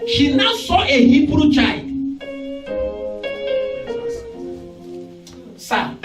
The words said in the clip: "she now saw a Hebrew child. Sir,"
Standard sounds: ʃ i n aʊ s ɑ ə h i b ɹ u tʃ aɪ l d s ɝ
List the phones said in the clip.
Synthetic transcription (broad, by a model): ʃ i n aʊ s ɑ ə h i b ɹ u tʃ aɪ d s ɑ